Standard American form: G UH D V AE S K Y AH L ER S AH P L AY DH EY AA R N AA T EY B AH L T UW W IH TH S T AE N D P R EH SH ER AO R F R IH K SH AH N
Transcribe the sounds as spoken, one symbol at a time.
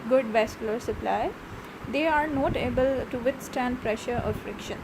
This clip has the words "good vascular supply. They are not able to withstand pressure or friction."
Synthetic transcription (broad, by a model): G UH D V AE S K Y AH L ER S AH P L AY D EY AA R N AA T EY B AH L T UW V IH T S T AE N D P R EH SH ER AO R F R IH K SH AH N